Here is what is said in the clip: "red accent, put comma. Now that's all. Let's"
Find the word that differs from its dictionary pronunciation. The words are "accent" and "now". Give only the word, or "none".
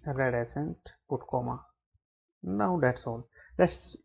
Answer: accent